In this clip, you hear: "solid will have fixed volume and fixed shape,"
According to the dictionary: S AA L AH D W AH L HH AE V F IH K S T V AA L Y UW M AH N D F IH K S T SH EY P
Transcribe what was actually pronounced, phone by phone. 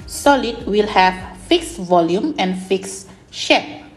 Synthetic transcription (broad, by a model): S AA L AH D W AH L HH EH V F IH K S V AA L Y UW M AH N F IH K S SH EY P